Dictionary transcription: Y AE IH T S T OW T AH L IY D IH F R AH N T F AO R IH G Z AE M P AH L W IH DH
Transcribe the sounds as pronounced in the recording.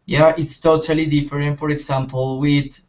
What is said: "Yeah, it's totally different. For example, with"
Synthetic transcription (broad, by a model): Y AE IH T S T OW T AH L IY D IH F R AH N T F AO R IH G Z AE M P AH L W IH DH